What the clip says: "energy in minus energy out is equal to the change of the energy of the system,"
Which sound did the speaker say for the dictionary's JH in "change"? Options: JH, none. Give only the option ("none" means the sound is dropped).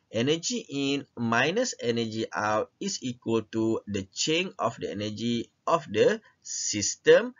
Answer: none